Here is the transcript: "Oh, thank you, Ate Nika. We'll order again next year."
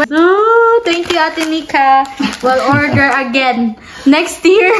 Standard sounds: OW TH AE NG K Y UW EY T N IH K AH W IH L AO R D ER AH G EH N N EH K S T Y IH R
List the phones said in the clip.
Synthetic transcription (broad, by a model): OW T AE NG K Y UW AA T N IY K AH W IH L AO R D ER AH G EH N N EH K S T Y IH R